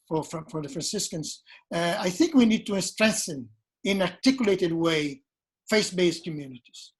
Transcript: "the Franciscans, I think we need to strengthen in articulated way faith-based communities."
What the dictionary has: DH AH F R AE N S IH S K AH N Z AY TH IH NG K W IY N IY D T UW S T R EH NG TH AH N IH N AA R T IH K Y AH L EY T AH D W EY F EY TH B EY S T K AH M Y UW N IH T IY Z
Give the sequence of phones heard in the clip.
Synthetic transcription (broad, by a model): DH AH F R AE N S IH S K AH N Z AY TH IH NG K W IY N IY D T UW S T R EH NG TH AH N IH N AA R T IH K Y AH L EY T AH D W EY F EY S B EY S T K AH M Y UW N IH T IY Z